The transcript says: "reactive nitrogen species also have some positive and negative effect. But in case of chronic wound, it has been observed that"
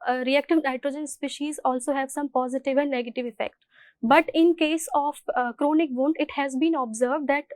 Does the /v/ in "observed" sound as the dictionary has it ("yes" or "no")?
yes